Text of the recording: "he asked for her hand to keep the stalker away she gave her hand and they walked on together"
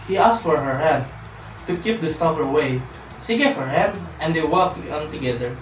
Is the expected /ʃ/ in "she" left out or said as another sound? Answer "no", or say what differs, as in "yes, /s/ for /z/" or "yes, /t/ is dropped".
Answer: yes, /s/ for /ʃ/